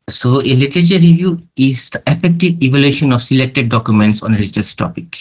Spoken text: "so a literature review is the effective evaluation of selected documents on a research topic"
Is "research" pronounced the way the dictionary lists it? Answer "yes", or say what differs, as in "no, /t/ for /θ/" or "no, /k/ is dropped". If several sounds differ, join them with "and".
no, /s/ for /tʃ/